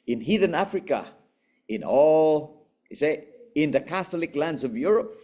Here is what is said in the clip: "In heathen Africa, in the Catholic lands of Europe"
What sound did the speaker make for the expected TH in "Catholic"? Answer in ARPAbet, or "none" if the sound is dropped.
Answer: TH